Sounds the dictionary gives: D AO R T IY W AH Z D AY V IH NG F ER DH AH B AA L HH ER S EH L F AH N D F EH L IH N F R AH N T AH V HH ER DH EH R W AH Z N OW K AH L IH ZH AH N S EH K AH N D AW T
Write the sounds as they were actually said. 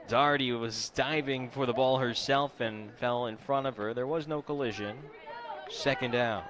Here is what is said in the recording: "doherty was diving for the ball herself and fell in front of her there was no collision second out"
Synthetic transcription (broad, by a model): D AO R T IY W AH Z D AY V IH NG F ER DH AH B AA L HH ER S EH L F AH N F EH L IH N F R AH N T AH V ER DH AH R W AH Z N OW K AH L IH ZH AH N S EH K AH N D AW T